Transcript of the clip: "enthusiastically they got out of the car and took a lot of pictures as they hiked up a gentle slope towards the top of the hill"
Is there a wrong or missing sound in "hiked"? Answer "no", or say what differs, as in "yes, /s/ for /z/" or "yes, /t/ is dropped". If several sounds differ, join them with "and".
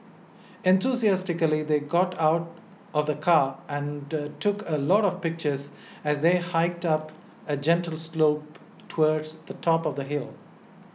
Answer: no